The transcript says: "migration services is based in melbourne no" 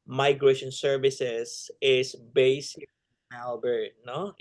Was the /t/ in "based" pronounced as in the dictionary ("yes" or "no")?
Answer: no